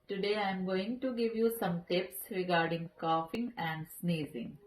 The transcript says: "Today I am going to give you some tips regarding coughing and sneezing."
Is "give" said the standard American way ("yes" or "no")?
yes